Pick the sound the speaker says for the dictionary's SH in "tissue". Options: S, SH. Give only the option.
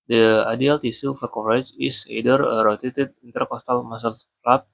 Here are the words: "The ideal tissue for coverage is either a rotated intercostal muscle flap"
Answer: S